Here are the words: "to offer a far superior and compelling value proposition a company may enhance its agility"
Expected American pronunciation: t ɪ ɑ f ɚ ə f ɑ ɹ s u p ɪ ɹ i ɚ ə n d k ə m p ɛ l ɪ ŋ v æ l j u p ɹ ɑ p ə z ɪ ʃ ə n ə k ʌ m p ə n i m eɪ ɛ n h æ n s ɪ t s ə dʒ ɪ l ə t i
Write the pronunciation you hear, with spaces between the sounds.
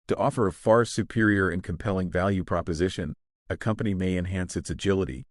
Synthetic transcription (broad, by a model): t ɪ ɑ f ɚ ə f ɑ ɹ s u p ɪ ɹ i ɚ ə n k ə m p ɛ l ɪ ŋ v æ l j u p ɹ ɑ p ə z ɪ ʃ ə n ə k ʌ m p ə n i m eɪ ɛ n h æ n s ɪ t s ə dʒ ɪ l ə t i